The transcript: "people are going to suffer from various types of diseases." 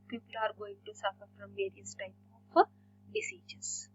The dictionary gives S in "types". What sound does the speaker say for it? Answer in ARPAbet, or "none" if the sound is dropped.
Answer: none